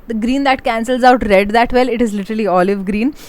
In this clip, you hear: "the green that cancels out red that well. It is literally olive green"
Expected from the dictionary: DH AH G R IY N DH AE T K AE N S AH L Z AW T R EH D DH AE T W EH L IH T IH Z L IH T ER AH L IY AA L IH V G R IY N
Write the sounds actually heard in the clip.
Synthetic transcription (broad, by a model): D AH G R IY N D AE T K AE N S AH L Z AW T R EH D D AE T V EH L IH T IH Z L IH T ER AH L IY AA L IH V G R IY N